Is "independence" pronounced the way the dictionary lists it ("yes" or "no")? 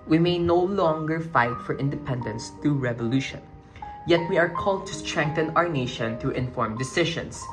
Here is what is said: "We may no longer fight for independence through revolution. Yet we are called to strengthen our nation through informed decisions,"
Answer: yes